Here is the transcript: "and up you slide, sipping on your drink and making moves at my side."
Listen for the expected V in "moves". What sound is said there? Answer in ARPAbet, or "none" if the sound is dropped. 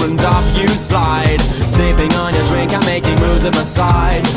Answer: none